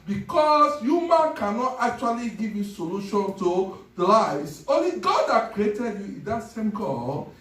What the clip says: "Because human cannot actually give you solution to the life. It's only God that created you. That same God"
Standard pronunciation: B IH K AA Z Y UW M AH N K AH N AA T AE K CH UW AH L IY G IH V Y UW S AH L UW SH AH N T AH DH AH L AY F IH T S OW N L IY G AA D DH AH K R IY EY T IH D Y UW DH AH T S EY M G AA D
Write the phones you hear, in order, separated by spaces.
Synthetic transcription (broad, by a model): B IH K AA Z Y UW M AH N K AH N AA T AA K CH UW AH L IY G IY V Y UW S AH L UW SH AH N T AH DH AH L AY IH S OW N L IY G AA D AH K R IY EY T IH D Y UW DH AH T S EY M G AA